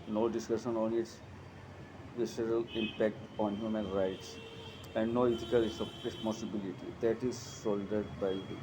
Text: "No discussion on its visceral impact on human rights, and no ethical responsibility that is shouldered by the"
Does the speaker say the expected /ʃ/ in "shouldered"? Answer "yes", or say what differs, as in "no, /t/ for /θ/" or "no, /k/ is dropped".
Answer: no, /s/ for /ʃ/